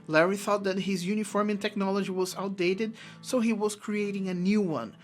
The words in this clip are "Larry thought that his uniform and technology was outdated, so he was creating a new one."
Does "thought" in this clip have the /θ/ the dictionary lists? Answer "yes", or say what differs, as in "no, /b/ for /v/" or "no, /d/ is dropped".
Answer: yes